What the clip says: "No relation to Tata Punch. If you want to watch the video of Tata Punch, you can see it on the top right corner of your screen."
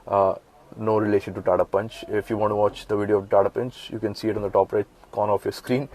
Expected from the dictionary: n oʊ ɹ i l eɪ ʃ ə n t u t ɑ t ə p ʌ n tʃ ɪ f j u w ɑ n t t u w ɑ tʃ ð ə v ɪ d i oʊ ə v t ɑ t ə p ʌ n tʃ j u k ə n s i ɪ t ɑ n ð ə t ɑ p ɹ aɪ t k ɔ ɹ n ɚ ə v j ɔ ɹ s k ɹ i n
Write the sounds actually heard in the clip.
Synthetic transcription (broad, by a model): n oʊ ɹ i l eɪ ʃ ə n t u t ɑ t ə p ʌ n tʃ ɪ f j u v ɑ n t t u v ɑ tʃ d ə v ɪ d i oʊ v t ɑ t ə p ʌ n tʃ j u k ə n s i ɪ t ɑ n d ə t ɑ p ɹ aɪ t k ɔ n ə f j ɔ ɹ s k ɹ i n